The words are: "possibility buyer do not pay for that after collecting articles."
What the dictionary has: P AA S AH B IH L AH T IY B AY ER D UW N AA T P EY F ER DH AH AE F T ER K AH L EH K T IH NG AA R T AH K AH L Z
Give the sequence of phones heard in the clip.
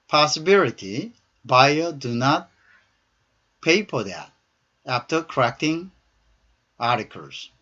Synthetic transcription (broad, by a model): P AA S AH B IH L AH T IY B AY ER D UW N AA T P EY P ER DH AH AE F T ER K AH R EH K T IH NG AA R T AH K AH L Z